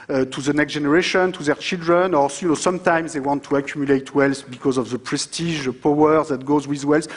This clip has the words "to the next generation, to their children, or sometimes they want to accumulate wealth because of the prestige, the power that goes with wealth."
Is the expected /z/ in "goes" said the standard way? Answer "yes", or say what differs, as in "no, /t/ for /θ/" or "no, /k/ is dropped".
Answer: yes